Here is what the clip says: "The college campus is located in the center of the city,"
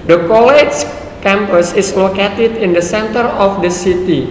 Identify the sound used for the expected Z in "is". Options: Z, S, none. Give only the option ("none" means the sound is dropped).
S